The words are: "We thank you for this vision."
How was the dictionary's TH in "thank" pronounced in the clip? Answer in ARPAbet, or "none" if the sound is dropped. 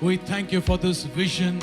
TH